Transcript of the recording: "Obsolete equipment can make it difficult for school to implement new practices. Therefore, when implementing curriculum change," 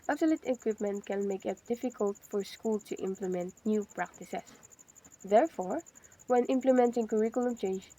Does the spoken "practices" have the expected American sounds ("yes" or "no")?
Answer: no